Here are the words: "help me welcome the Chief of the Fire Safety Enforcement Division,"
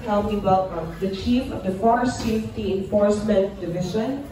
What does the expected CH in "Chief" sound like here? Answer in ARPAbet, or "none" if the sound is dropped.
CH